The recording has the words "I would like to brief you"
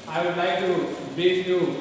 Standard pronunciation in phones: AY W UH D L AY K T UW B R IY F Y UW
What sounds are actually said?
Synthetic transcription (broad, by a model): AY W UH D L AY K T UW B IY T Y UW